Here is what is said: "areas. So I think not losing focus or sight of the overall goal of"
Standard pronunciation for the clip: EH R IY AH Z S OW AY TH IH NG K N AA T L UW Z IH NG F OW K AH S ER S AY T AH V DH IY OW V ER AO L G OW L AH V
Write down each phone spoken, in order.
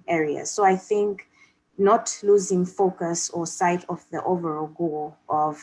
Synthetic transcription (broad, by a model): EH R IY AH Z S OW AY TH IH NG K N AA T L UW Z IH NG F OW K AH S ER S AY T AH V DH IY OW V ER AO L G OW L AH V